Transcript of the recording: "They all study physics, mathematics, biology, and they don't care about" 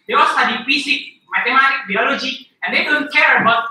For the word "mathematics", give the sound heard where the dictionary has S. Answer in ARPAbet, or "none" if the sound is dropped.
none